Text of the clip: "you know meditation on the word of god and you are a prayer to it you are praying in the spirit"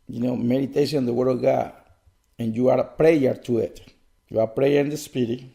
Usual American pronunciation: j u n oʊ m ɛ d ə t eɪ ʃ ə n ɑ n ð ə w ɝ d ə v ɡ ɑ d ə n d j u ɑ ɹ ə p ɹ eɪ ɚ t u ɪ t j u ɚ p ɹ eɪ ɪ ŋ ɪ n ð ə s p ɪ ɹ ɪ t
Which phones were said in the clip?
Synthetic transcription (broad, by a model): j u n oʊ m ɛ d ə t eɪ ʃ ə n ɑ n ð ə w ɝ d ə v ɡ ɑ d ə n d j u ɑ ɹ p ɹ eɪ ɚ t u ɪ t j u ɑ p ɹ eɪ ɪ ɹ ɪ n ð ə s p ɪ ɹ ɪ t